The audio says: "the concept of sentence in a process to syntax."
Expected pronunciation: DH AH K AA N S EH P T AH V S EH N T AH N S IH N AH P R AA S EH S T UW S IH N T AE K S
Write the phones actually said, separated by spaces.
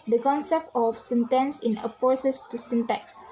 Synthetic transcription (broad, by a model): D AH K AA N S EH P T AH F S EH N T AH N S IH N AH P AA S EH S T UW S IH N T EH K S